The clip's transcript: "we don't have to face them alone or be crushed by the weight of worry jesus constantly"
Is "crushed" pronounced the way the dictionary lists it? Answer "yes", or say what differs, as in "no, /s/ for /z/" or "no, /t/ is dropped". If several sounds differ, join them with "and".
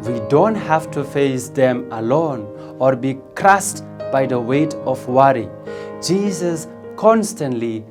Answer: no, /s/ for /ʃ/